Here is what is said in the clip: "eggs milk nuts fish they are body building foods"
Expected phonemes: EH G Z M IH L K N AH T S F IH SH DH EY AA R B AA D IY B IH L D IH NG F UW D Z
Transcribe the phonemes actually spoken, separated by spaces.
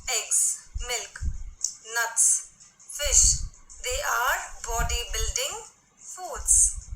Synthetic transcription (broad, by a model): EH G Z M IH L K N AH T S F IH SH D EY AA R B AA D IY B IH L D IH NG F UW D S